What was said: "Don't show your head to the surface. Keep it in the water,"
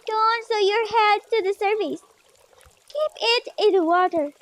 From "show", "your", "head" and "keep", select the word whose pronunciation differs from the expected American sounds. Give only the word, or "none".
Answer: show